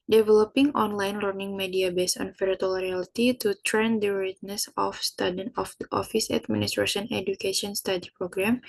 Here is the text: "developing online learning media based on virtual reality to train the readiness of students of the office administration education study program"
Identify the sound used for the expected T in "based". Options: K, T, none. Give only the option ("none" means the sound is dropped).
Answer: none